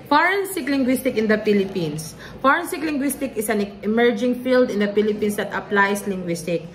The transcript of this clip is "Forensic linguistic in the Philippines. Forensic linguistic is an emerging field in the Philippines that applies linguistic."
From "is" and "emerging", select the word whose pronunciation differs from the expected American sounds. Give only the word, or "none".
is